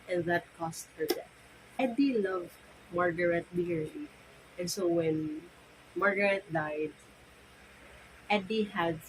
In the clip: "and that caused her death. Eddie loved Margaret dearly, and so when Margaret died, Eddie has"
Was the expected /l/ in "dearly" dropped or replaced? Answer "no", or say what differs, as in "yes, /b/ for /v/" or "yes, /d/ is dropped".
yes, /l/ is dropped